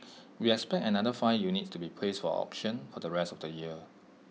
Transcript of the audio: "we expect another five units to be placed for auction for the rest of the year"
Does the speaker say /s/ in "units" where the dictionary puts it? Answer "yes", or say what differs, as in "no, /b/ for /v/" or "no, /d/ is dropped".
no, /s/ is dropped